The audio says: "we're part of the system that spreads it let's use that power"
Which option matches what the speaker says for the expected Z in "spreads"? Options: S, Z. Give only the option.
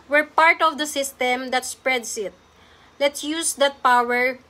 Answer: S